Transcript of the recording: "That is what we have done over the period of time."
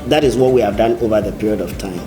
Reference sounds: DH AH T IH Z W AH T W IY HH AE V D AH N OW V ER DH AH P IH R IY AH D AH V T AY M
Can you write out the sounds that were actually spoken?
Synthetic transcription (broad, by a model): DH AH T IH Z W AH T W IY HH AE V D AH N OW V ER DH AH P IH R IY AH D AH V T AY M